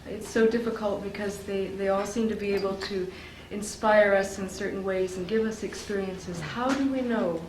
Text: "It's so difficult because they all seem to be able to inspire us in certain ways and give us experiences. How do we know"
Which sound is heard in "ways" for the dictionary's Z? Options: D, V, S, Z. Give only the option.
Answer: Z